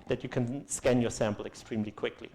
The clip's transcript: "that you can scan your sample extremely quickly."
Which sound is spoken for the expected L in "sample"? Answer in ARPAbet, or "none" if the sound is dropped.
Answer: L